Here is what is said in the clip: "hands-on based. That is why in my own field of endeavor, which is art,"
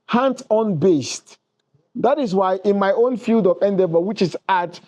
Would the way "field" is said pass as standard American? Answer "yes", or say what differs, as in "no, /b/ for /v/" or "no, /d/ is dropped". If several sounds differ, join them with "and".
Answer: yes